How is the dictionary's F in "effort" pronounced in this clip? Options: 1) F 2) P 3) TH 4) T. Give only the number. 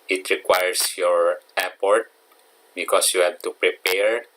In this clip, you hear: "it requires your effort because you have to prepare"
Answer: 2